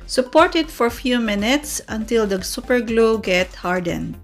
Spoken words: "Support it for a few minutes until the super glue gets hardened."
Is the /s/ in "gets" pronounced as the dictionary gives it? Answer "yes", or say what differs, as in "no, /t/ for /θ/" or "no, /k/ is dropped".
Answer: no, /s/ is dropped